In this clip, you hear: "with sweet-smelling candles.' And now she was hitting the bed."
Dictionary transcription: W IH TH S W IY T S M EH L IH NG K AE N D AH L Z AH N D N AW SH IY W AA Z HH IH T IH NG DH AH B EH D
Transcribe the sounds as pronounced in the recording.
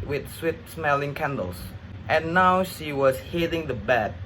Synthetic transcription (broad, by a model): W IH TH S W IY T S M EH L IH NG K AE N D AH L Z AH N N AW SH IY W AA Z HH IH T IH NG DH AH B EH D